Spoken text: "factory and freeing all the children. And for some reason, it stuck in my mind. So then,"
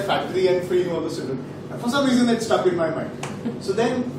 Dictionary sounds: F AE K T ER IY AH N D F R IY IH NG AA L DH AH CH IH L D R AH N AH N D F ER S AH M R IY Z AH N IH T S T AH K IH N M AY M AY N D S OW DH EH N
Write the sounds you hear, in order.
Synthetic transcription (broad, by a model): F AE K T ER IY AH N D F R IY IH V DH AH S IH D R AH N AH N F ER S AH M R IY Z AH N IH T S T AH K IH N M AY M AY N D S OW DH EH N